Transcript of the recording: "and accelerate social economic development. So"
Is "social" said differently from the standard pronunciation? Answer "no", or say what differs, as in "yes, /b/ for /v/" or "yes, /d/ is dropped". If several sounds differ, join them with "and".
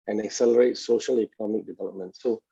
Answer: no